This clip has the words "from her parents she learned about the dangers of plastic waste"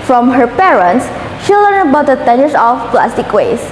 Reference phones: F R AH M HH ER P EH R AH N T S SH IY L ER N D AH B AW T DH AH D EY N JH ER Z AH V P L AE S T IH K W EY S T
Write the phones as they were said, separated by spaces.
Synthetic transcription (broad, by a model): F R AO M HH ER P EH R AH N T S SH IY L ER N AH B AW T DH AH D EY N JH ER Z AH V P L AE S T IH K W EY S